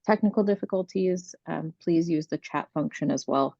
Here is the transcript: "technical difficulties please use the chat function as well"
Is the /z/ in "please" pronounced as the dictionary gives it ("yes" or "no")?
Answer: yes